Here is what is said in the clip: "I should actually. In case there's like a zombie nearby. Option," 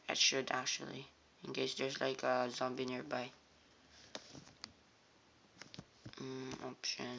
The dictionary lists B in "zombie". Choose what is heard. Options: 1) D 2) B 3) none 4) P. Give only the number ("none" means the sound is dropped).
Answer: 2